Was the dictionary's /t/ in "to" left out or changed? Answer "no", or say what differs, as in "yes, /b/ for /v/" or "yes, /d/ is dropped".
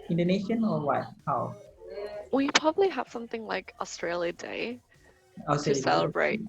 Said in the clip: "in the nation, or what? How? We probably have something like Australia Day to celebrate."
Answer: yes, /s/ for /t/